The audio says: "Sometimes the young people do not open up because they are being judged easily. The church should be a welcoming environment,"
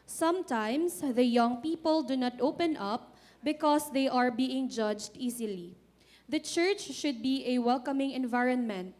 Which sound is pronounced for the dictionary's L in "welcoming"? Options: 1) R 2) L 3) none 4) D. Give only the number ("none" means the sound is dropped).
2